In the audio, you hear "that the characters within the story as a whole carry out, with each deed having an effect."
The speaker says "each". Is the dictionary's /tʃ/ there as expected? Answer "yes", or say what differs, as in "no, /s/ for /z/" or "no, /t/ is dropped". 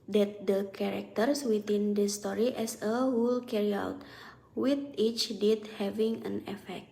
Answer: yes